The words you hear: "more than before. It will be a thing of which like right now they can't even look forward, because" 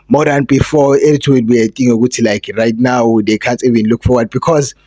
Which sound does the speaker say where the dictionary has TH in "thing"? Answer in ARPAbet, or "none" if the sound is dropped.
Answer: T